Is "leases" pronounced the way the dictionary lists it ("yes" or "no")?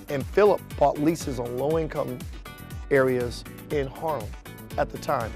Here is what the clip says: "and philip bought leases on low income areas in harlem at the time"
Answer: yes